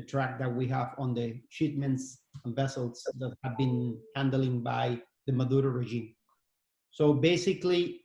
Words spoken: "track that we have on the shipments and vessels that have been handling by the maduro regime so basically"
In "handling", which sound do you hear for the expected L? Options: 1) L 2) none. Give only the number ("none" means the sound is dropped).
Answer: 1